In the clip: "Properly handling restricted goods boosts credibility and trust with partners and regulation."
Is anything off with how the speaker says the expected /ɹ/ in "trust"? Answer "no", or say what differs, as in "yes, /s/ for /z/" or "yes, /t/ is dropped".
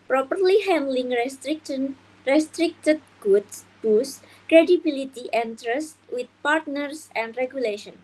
no